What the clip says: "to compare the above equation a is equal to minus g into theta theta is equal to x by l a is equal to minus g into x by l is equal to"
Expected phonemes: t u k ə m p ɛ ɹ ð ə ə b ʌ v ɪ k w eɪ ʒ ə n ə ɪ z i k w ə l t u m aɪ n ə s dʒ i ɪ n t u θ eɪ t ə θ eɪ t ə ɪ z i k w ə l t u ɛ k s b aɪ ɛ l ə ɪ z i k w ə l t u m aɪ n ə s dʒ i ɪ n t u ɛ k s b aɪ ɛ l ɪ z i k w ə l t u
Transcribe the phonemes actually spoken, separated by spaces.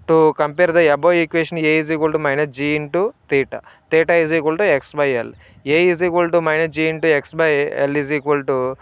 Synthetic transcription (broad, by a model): t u k ə m p ɛ ɹ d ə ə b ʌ ɪ k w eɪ ʃ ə n ə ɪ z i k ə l t u m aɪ n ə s dʒ i ɪ n t u t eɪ t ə t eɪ t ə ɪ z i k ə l t u ɛ k s b aɪ ɛ l ə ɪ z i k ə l t u m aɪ n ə dʒ i ɪ n t u ɛ k s b aɪ ɛ l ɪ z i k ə l t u